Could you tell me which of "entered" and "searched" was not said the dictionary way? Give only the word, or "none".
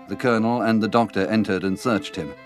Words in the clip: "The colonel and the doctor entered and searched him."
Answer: none